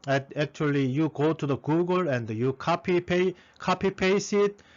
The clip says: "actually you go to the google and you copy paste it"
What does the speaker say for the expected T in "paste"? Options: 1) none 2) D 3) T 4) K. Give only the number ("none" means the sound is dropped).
1